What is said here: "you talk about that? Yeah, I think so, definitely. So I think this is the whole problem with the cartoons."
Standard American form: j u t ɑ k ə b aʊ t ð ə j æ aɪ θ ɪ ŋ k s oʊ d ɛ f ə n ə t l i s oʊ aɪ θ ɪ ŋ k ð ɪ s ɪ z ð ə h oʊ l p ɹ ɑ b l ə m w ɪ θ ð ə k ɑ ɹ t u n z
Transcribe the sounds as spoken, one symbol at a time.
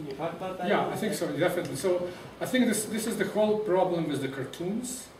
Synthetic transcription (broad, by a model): j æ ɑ ə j θ ɪ ŋ k s oʊ d ɛ f ə n ə t l i s oʊ aɪ θ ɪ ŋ k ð ɪ s ɪ z ð ə h oʊ l p ɹ ɑ b l ə m w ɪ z ð ə k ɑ ɹ t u n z